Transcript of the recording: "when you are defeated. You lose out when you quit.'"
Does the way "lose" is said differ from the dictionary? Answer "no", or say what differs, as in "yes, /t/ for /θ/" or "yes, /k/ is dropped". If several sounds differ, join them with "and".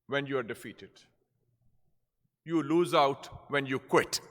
no